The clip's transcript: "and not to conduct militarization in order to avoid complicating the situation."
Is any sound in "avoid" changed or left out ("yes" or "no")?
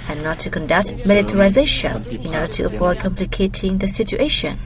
yes